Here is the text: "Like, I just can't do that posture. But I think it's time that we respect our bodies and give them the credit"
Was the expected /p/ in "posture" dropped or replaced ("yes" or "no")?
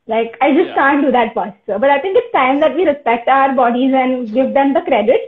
yes